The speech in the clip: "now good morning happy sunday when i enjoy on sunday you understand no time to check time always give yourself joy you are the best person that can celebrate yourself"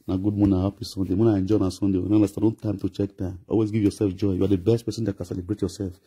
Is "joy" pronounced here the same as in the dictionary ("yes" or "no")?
yes